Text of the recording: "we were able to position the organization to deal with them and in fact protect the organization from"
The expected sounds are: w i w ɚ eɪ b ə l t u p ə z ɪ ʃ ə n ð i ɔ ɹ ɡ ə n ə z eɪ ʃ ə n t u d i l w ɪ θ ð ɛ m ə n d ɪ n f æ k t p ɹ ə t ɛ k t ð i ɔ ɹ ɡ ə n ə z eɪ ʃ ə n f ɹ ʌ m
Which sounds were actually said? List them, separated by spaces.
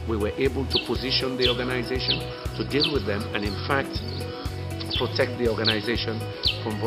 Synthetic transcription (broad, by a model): w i w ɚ eɪ b ə l t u p ə z ɪ ʃ ə n ð i ɔ ɹ ɡ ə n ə z eɪ ʃ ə n t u d i l w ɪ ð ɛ m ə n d ɪ n f æ k t p ɹ ə t ɛ k t ð i ɔ ɹ ɡ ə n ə z eɪ ʃ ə n f ɹ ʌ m